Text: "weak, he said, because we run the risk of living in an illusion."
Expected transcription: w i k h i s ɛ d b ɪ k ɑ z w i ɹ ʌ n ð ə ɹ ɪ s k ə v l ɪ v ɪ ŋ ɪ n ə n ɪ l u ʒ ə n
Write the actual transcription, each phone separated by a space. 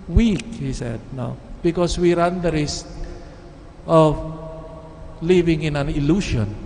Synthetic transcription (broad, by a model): w i k h i s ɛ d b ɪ k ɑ s w i ɹ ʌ n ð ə ɹ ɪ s ə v l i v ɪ ŋ ɪ n ə n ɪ l u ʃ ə n